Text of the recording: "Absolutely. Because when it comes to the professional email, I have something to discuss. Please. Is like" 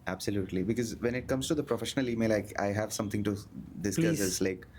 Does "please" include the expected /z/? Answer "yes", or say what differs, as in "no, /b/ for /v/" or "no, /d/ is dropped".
no, /z/ is dropped